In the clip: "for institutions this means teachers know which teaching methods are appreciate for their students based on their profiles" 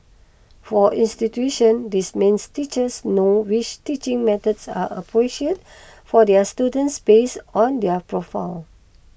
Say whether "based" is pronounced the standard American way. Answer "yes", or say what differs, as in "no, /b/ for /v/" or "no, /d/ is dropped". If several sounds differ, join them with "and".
no, /t/ is dropped